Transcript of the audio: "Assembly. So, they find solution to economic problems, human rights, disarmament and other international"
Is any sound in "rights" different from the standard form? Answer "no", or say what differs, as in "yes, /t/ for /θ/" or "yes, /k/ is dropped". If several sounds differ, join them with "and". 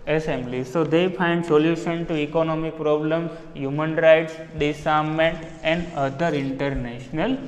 no